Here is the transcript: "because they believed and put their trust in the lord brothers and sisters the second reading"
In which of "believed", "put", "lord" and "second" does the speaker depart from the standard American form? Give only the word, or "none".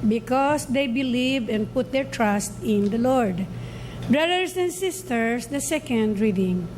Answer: believed